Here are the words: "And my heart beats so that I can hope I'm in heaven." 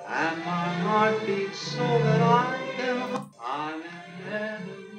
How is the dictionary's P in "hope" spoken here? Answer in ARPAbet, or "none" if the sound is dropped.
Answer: none